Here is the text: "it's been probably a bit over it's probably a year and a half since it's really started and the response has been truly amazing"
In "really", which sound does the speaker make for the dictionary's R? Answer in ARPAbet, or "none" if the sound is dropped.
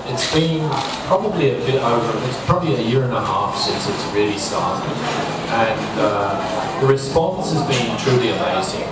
R